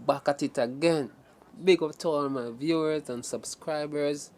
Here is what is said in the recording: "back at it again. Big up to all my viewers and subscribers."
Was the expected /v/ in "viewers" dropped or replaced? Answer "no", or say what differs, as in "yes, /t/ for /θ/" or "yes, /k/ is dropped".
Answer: no